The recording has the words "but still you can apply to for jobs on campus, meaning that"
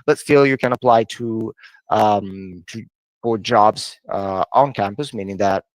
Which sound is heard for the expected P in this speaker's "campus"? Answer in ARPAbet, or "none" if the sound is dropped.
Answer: P